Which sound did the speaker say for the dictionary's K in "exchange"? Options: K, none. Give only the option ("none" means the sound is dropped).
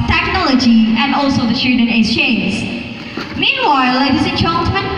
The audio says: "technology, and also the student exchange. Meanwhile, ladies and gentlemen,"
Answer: none